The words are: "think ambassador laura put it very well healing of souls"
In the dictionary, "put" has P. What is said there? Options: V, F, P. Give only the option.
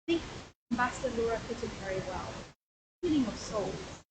F